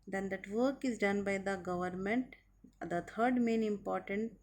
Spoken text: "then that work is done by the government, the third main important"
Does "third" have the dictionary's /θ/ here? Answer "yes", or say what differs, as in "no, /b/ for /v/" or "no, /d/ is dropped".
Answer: no, /t/ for /θ/